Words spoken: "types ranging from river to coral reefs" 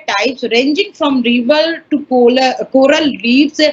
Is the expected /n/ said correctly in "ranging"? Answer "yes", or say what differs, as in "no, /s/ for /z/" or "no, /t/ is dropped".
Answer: yes